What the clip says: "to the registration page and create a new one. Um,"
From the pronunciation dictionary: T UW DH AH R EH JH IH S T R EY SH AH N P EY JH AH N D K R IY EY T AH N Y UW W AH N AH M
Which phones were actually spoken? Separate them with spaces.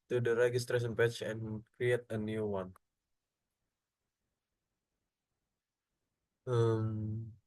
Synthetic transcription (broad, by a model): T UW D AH R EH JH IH S T R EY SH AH N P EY CH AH N K R IY EY T AH N Y UW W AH N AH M